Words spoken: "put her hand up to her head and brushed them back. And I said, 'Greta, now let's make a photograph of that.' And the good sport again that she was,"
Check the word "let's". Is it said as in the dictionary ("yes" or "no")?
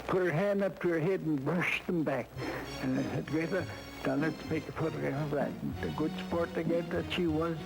no